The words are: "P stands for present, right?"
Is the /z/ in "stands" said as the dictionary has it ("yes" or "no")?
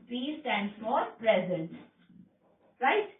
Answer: no